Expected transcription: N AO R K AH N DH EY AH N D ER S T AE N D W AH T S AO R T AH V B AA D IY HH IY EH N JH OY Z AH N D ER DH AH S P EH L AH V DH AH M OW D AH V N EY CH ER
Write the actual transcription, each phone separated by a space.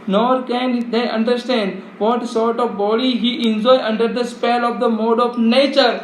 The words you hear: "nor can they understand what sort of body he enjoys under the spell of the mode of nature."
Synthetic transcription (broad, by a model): N AO R K AH N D EY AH N D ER S T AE N D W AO T S AO R T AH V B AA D IY HH IY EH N JH OY AH N D ER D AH S P EH L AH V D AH M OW D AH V N EY CH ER